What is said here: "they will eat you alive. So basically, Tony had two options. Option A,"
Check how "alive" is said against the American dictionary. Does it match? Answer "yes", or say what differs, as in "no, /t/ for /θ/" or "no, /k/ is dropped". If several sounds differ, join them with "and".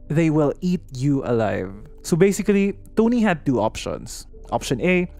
yes